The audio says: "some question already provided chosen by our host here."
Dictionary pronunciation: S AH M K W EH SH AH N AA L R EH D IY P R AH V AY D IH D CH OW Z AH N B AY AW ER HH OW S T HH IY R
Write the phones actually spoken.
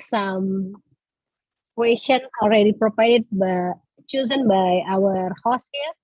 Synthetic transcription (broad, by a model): S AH M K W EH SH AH N AA L R EH D IY P R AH P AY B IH CH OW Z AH N B AY AW ER HH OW S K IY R